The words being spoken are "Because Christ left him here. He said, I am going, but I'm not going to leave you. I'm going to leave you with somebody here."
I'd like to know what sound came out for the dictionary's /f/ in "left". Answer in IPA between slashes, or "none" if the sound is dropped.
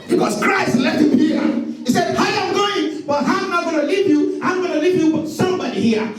none